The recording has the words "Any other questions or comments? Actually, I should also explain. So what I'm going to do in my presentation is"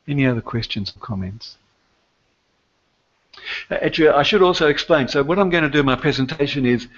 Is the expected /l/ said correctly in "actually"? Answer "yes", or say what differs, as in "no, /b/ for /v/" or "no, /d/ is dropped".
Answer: no, /l/ is dropped